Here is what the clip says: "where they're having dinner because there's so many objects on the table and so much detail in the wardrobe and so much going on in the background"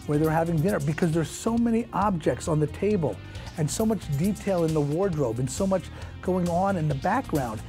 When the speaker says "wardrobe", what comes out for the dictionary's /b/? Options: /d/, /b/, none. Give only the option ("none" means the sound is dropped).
/b/